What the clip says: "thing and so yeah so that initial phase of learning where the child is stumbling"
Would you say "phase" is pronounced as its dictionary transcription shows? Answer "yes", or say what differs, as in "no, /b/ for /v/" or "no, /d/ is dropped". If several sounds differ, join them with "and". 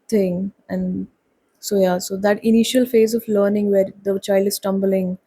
yes